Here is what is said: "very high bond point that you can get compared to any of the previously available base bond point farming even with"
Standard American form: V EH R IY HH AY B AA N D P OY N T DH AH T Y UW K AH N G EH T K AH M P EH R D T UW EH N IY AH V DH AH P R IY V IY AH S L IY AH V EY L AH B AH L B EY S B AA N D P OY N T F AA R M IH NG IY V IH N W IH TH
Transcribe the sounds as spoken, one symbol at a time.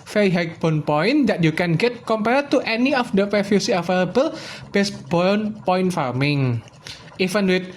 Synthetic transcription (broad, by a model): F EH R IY HH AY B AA N P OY N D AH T Y UW K AH N G EH T K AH M P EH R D T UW EH N IY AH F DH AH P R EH F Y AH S IY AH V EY L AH B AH L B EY S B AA N P OY N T F AA R M IH NG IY F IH N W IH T